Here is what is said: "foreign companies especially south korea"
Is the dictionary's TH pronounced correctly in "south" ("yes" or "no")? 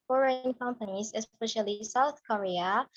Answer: yes